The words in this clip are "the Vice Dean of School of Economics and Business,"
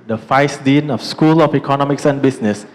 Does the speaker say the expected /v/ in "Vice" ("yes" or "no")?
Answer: no